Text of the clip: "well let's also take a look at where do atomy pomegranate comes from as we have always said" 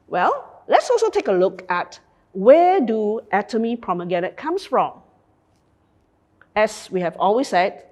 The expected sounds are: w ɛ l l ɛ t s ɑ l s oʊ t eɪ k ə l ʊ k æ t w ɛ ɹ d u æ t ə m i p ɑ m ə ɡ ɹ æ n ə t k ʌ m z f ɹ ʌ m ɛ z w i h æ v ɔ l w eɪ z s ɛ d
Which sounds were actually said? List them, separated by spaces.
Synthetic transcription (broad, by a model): w ɛ l l ɛ t s ɑ l s oʊ t eɪ k ə l ʊ k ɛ t w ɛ d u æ t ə m i p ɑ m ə ɡ ɛ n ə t k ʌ m s f ɹ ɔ m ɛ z w i h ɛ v ɔ l w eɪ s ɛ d